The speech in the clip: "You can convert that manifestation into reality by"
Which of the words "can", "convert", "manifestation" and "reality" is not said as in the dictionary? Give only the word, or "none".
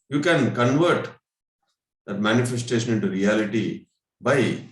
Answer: none